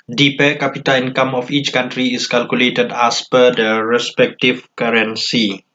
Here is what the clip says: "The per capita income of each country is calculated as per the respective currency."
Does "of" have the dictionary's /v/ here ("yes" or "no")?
no